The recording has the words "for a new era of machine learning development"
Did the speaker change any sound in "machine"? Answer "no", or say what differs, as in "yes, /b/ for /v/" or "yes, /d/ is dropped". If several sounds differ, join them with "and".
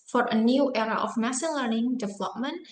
yes, /s/ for /ʃ/